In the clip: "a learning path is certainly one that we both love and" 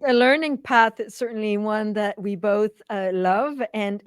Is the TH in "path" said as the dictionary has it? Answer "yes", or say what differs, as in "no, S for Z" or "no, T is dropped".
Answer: yes